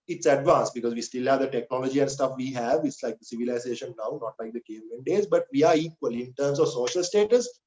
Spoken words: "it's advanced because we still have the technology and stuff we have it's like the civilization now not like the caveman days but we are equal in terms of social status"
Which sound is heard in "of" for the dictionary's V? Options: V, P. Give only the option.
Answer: V